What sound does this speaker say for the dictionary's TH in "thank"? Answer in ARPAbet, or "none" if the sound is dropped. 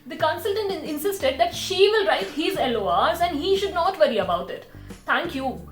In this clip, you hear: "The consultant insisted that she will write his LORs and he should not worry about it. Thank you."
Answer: T